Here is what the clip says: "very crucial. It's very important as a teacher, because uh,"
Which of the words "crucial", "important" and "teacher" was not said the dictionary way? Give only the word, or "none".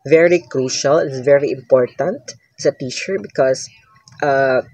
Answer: none